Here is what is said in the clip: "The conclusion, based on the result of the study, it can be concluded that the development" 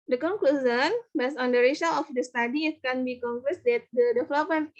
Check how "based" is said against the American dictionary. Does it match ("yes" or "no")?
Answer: no